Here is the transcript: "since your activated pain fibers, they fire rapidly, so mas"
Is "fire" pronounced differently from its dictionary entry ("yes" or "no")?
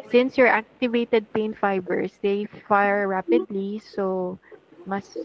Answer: no